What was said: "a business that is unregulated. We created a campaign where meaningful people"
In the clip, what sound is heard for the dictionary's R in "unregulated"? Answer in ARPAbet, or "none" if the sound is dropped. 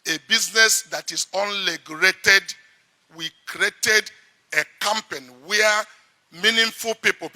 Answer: L